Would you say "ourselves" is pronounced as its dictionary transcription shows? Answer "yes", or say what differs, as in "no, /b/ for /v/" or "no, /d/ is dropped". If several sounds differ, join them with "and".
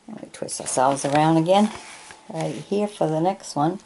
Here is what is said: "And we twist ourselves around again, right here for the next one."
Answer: yes